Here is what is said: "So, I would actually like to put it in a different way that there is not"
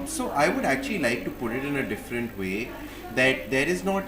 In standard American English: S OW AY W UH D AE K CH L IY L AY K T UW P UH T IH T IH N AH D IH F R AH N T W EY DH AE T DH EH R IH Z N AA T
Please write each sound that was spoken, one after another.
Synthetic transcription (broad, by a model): S OW AY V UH D AE K CH L IY L AY K T UW P UH T IH T IH N AH D IH F R AH N T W EY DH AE T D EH R IH Z N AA T